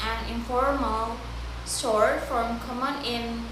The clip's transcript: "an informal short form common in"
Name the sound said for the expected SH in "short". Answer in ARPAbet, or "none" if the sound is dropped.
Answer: S